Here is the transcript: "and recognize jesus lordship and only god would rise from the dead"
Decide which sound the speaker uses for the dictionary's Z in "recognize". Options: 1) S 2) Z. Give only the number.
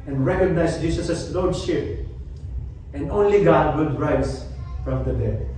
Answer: 1